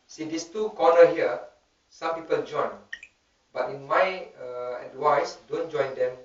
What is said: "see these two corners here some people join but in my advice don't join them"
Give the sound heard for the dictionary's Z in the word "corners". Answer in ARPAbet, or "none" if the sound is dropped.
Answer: none